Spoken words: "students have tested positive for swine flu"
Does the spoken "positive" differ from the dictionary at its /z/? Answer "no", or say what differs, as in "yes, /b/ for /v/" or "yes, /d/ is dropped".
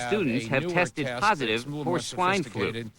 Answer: no